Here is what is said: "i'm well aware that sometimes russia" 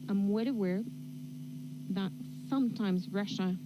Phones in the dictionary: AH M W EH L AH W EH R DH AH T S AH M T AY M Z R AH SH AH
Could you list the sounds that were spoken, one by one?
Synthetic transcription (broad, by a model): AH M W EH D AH W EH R DH AH T S AH M T AY M Z R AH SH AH